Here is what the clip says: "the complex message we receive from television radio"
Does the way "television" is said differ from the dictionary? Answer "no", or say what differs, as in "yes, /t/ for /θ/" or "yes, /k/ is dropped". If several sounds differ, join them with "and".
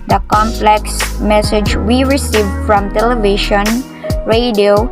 yes, /ʃ/ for /ʒ/